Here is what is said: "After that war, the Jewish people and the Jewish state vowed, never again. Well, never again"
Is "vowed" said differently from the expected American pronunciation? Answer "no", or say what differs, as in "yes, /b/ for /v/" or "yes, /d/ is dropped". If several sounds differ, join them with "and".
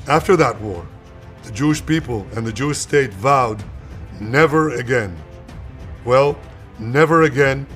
no